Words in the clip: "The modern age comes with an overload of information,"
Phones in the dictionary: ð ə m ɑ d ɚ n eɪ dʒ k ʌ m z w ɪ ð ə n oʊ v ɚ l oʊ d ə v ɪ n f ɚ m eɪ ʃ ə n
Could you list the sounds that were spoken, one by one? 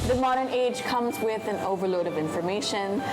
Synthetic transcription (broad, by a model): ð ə m ɑ d ɚ n eɪ dʒ k ʌ m z w ɪ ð ə n oʊ v ɚ l oʊ d ə v ɪ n f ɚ m eɪ ʃ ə n